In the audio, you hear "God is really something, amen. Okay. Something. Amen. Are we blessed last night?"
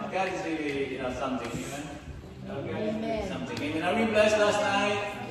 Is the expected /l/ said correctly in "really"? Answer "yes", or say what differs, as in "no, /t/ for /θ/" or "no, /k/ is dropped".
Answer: no, /n/ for /l/